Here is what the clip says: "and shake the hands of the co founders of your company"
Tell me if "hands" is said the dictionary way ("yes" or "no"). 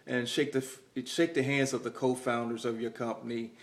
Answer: yes